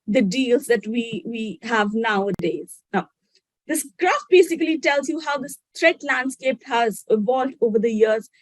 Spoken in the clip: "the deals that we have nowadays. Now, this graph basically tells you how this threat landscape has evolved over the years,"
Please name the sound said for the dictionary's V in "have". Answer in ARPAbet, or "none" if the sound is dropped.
V